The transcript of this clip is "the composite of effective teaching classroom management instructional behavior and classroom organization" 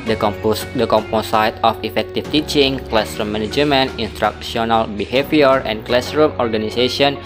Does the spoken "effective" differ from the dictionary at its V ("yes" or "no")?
yes